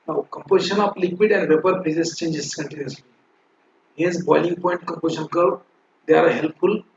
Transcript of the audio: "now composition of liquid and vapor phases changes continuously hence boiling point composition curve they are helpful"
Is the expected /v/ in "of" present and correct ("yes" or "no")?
no